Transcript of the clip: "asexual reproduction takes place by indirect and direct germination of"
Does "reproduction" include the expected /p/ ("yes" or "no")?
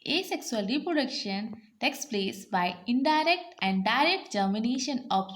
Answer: yes